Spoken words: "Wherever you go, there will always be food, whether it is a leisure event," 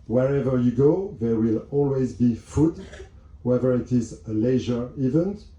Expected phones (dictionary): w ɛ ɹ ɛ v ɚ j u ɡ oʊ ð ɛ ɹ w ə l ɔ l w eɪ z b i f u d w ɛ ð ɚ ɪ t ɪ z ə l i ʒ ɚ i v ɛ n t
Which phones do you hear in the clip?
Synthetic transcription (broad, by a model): w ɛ ɹ ɛ v ɚ j u ɡ oʊ ð ɛ ɹ w ə l ɔ l w eɪ z b i f u d w ɛ ð ɚ ɪ t ɪ z ə l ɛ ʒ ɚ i v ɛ n t